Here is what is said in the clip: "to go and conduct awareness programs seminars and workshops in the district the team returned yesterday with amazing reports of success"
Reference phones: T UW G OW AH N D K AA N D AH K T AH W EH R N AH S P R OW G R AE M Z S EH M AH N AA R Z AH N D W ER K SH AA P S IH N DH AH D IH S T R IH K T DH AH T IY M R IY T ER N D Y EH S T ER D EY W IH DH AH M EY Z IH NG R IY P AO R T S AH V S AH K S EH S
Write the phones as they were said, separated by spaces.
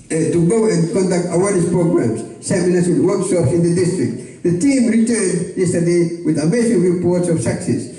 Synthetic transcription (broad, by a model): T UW G OW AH N K AA N D AH K T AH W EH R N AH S P R OW G R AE M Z S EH M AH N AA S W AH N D W ER K SH AA P S IH N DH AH D IH S T R IH K T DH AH T IY M R IY T ER N D Y EH S T ER D EY W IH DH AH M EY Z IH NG R IY P AO R T S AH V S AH K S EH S